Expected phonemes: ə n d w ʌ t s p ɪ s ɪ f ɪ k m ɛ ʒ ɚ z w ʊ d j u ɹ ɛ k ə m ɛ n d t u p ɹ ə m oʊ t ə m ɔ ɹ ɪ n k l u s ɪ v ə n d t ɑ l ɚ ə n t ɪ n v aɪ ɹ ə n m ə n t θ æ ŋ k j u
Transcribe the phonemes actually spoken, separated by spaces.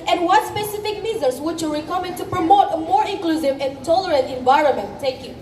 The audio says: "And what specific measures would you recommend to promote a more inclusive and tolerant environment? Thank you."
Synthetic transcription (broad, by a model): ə n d w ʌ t s p ɪ s ɪ f ɪ k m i z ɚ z w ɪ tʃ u ɹ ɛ k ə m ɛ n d t u p ɹ ə m oʊ t ə m ɔ ɹ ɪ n k l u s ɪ v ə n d t ɑ l ɚ ə n t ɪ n v aɪ ɹ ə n m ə n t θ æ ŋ k j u